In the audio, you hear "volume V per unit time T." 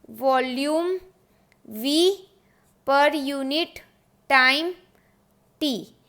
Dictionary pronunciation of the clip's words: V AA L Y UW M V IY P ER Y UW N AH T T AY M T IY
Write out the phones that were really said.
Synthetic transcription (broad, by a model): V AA L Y UW M V IY P ER Y UW N AH T T AY M T IY